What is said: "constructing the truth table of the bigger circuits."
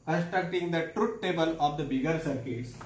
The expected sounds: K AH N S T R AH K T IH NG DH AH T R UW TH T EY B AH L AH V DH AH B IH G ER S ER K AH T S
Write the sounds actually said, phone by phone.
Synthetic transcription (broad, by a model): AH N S T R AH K T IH NG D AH T R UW T T EY B AH L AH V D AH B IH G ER S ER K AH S